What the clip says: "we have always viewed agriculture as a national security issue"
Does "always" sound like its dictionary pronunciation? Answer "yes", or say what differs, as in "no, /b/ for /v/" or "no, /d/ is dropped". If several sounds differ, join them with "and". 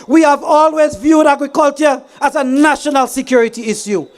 yes